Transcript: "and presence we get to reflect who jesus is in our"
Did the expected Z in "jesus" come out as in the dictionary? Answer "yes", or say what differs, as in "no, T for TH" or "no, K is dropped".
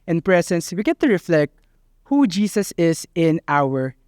no, S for Z